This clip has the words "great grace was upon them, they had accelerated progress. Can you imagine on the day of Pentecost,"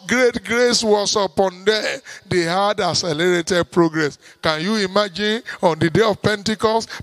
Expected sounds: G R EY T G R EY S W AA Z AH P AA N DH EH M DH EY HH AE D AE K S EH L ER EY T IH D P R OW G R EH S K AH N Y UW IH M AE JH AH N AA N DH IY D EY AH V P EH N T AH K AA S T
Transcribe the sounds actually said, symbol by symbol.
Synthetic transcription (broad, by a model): G R EY T G R EY S W AA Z AH P AA N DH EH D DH EY HH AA D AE S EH L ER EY T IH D P R OW G R EH S K AH N Y UW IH M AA JH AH N AA N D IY D EY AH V P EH N T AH K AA S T